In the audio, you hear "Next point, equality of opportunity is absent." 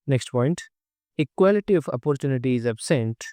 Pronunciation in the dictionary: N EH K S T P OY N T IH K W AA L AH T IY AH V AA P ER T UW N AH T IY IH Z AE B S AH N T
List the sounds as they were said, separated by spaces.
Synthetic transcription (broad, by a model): N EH K S T P OY N T IH K W AA L AH T IY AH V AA P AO T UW N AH T IY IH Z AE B S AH N T